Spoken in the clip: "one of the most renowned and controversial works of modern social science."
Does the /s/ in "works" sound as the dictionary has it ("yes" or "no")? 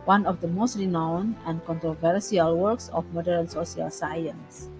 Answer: yes